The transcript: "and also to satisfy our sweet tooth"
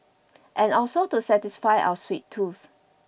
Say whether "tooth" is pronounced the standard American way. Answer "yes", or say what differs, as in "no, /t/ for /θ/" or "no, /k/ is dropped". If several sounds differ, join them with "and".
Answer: no, /s/ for /θ/